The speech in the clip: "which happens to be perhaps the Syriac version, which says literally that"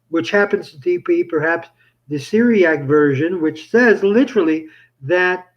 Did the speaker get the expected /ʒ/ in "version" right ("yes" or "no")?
yes